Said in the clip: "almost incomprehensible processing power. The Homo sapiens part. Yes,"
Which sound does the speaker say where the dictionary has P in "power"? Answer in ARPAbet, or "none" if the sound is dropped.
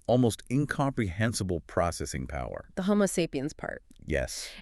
P